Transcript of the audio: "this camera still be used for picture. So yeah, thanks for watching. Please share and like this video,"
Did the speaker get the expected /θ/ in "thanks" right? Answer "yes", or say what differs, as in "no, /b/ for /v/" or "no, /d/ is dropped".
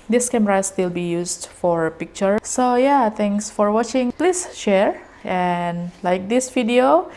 no, /t/ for /θ/